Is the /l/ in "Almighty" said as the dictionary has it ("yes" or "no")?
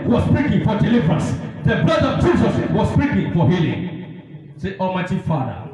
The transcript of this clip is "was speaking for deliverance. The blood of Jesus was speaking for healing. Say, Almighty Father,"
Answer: no